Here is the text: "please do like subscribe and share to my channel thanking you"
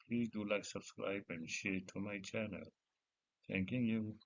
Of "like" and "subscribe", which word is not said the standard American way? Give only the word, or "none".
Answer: subscribe